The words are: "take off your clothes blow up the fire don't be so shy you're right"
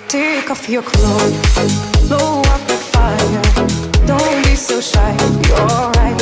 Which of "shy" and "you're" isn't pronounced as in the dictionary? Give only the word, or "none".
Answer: you're